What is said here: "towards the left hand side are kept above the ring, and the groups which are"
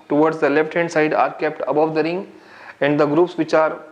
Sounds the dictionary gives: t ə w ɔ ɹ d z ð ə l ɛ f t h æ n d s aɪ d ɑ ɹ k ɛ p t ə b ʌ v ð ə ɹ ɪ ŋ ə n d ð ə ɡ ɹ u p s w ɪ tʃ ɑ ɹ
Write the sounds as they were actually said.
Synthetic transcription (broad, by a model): t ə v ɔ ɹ d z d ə l ɛ f t h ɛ n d s aɪ d ɑ ɹ k ɛ p t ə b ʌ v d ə ɹ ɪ ŋ ə n d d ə ɡ ɹ u p s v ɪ tʃ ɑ ɹ